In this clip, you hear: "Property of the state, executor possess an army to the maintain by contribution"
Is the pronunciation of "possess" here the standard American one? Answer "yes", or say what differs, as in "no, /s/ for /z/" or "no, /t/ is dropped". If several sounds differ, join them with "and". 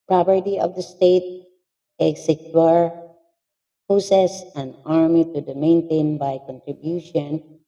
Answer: no, /s/ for /z/